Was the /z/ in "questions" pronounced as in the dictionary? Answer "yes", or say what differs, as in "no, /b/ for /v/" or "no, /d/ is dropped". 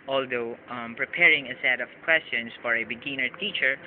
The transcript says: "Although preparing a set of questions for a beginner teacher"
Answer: no, /s/ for /z/